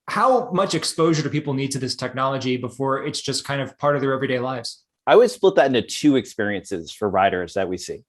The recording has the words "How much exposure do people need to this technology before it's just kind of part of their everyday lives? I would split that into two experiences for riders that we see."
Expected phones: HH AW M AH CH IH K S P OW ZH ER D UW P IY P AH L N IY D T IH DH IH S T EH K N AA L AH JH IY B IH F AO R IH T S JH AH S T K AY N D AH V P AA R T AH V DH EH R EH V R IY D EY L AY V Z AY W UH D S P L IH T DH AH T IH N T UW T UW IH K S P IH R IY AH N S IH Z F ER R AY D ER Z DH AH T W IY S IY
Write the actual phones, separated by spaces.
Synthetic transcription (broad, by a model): HH AW M AH CH IH K S P OW ZH ER P IY P L N IY D T IH DH IH S T EH K N AA L AH JH IY B IH F AO R IH T S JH AH S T K AY N D AH V P AA R T AH V DH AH R EH V R IY D EY L AY V Z AY W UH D S P L IH T DH AH T IH N T UW T UW IH K S P IH R IY AH N S IH Z F ER R AY D ER Z DH AH T W IY S IY